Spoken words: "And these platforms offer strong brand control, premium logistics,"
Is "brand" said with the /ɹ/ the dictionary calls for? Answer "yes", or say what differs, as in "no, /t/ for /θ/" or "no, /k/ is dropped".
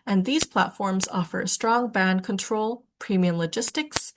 no, /ɹ/ is dropped